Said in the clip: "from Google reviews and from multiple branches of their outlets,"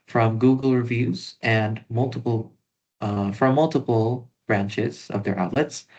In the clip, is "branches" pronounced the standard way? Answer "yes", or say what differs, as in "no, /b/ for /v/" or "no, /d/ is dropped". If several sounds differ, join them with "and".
yes